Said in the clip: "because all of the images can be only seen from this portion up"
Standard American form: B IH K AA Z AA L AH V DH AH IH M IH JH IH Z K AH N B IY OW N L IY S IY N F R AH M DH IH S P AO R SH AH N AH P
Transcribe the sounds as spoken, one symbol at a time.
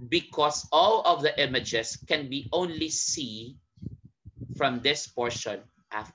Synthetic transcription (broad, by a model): B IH K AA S AA L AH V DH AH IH M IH JH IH S K AH N B IY OW N L IY S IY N F R AH M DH IH S P AO R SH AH N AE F